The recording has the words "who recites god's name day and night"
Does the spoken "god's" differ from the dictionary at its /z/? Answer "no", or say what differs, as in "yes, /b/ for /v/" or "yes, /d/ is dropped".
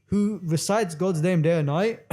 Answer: no